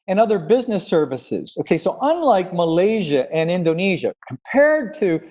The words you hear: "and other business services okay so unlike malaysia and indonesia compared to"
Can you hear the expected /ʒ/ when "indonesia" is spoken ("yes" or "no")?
yes